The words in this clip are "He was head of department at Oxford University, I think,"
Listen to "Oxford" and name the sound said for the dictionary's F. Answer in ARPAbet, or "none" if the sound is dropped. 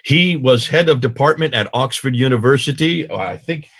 F